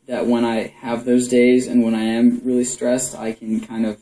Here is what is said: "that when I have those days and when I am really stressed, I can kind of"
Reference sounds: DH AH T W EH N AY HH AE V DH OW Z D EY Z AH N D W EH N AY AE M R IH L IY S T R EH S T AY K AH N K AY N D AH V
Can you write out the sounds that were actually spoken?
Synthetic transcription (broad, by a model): DH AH T W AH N AY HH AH V DH OW Z D EY Z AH N W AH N AY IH M R IH L IY S T R EH S T AY K AH N K AY N D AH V